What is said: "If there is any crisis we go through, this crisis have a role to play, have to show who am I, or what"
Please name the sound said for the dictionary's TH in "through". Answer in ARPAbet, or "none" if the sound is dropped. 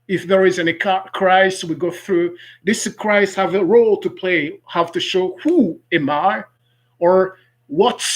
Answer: TH